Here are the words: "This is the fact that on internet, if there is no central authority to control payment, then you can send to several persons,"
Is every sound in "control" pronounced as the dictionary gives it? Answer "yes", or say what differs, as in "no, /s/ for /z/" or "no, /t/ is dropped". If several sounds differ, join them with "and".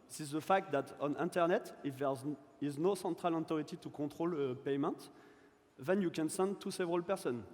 no, /n/ is dropped